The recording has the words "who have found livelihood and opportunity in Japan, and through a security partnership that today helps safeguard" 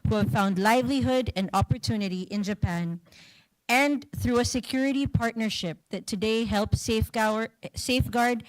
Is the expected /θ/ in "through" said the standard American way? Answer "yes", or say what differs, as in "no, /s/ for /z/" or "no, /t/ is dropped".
yes